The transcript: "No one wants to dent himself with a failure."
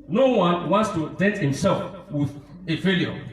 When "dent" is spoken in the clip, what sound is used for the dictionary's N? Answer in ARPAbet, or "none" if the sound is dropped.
none